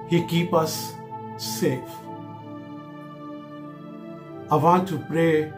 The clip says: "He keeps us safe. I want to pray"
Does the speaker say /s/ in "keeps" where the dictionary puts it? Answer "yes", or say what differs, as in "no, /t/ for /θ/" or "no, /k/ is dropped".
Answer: no, /s/ is dropped